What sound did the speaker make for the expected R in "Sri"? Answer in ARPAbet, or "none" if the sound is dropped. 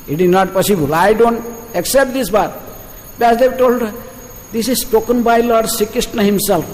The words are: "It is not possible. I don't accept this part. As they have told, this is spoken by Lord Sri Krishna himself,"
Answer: none